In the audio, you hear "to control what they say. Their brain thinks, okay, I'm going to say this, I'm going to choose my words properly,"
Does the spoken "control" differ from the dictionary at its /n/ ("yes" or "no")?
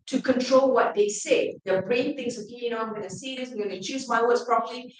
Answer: no